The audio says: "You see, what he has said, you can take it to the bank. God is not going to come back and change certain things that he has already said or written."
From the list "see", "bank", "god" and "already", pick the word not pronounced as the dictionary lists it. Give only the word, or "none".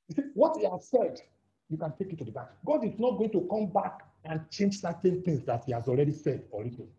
bank